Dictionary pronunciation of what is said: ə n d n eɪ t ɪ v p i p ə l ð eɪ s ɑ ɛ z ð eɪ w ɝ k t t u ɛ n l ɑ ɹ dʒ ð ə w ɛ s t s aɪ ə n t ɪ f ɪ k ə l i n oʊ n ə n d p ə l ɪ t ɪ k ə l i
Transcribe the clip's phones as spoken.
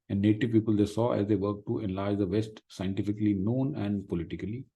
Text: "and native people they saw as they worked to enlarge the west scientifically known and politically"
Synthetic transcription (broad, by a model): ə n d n eɪ t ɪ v p i p ə l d eɪ s ɑ ɛ z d eɪ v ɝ t t u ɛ n l ɑ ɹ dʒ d ə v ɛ s t s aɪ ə n t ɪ f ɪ k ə l i n oʊ n ə n d p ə l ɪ t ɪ k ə l i